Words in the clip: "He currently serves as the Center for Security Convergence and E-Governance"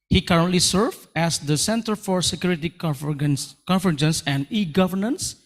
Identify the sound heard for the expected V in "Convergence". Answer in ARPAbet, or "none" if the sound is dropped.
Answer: F